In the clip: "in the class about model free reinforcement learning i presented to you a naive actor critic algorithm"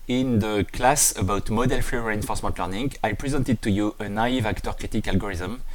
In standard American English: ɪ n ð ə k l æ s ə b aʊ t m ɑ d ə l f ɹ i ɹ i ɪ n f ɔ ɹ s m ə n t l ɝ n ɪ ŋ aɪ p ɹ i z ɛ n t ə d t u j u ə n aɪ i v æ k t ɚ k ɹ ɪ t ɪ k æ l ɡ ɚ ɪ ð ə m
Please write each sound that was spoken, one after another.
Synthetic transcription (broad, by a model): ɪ n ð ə k l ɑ s ə b aʊ t m ɑ d ə l f ɔ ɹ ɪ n f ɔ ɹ s m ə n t l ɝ n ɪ ŋ aɪ p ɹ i z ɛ n t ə d t u j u ə n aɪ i v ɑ k t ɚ k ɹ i t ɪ k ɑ l ɡ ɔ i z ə m